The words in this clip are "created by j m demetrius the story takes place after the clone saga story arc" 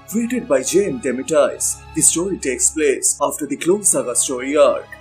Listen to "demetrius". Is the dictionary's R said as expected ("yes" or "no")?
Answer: no